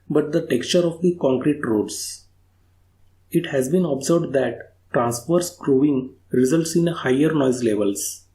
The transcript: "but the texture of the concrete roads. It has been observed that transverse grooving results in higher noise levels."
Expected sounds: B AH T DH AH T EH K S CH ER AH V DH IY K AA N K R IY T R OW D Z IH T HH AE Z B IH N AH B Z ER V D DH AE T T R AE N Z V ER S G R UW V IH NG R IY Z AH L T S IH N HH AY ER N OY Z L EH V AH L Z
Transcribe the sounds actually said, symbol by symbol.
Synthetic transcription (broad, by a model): B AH T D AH T EH K S CH ER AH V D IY K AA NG K R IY T R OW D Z IH T HH AE Z B IH N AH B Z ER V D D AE T T R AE N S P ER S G R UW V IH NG R IY Z AH L T S IH N HH AY ER N OY Z L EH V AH L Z